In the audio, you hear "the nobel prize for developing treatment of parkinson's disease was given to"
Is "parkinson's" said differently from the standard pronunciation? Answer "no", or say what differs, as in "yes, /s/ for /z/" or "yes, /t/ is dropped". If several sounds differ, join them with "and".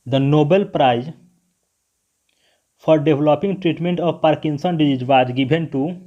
yes, /z/ is dropped